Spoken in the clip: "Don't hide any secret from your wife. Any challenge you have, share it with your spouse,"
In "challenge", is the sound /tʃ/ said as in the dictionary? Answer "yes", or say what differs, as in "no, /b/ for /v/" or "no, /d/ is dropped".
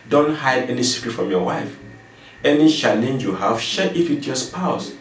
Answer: no, /ʃ/ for /tʃ/